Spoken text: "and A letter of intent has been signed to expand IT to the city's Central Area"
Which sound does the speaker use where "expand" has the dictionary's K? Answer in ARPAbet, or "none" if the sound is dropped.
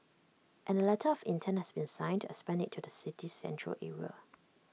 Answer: none